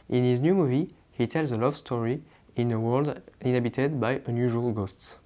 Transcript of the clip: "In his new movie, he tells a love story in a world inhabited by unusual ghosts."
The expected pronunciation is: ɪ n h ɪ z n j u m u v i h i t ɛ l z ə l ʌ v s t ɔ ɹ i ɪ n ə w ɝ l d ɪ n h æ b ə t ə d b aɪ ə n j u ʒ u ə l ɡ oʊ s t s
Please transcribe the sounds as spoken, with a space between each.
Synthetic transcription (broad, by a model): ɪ n h ɪ z n j u m u v i h i t ɛ l z ə l ʌ v s t ɔ ɹ i ɪ n ə w ɝ l d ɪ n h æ b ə t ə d b aɪ ə n j u ʒ u ə l ɡ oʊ s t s